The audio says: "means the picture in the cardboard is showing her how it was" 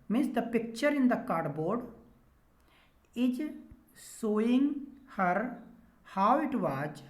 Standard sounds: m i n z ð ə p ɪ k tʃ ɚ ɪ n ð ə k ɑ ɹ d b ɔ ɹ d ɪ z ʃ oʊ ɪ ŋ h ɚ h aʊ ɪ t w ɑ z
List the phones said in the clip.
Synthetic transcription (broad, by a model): m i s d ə p ɪ k tʃ ɚ ɪ n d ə k ɑ ɹ d b ɔ ɹ d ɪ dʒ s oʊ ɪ ŋ h ɚ h aʊ ɪ t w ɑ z